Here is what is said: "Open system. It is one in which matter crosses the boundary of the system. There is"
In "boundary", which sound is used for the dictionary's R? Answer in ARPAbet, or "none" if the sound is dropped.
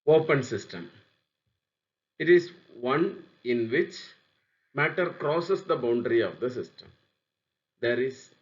R